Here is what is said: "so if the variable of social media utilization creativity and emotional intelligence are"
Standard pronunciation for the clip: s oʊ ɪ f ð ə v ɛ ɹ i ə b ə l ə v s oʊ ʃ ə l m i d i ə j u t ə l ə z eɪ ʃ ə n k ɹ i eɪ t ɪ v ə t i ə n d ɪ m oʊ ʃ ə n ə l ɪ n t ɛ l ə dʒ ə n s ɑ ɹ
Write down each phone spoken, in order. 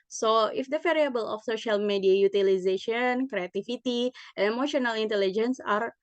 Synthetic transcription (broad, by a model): s oʊ ɪ f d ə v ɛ ɹ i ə b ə l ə f s oʊ ʃ ə l m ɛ d i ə j u t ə l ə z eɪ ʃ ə n k ɹ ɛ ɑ t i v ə t i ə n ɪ m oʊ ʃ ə n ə l ɪ n t ɛ l ə dʒ ə n s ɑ ɹ